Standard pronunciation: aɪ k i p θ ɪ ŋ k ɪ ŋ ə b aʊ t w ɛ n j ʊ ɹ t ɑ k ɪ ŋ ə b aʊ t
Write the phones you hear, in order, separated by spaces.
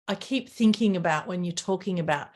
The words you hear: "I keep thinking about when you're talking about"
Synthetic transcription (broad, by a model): aɪ k i p θ ɪ ŋ k ɪ ŋ ə b aʊ t w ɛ n j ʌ ɹ t ɑ k ɪ ŋ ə b aʊ t